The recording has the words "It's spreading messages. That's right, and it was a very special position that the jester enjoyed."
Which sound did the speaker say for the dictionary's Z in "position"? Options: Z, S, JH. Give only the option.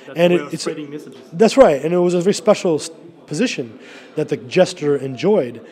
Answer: Z